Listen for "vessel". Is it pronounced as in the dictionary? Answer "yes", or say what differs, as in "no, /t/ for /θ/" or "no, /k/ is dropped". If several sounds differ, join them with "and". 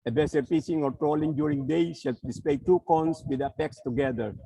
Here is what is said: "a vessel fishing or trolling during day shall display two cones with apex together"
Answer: no, /b/ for /v/